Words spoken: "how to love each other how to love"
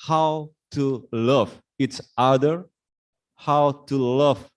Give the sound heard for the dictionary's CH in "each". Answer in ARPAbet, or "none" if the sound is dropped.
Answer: S